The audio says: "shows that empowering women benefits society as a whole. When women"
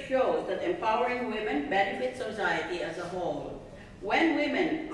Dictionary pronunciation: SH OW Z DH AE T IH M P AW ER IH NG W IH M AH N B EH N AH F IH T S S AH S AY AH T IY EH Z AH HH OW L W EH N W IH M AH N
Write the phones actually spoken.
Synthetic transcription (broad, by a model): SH OW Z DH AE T IH M P AW ER IH NG W IH M AH N B EH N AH F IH T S S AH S AY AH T IY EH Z AH HH OW L W EH N W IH M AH N